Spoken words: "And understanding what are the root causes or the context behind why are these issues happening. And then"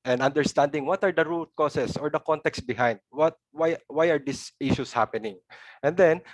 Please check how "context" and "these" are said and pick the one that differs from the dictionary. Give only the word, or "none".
these